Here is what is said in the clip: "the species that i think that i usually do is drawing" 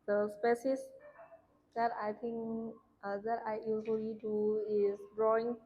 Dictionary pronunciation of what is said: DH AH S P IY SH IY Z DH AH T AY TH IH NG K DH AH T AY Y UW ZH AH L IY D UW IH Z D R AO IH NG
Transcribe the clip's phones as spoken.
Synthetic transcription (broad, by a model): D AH S P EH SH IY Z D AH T AY T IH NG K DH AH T AY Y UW Z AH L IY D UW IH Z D R AO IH NG